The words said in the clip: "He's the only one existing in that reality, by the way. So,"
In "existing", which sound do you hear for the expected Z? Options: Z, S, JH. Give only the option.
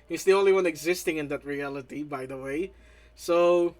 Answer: Z